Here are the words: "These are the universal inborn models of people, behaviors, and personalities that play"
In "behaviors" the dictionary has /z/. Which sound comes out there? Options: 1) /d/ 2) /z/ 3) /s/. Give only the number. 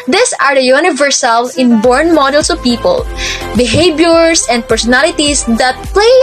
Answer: 3